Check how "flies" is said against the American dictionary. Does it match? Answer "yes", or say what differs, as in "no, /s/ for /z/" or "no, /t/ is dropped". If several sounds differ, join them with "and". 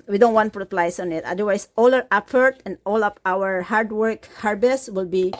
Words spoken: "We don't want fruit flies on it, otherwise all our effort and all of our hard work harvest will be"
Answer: no, /p/ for /f/ and /s/ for /z/